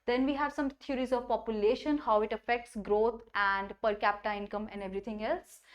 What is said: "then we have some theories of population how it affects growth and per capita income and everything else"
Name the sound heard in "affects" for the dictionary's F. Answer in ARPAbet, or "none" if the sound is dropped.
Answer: F